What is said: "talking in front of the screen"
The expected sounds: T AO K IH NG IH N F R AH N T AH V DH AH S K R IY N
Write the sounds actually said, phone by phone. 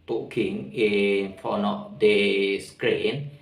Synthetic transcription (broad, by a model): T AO K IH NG IH N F AO N AH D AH S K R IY N